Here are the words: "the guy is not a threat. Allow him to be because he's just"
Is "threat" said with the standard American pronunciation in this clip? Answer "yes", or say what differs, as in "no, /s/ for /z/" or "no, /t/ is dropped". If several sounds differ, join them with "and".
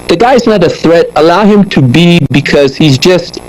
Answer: yes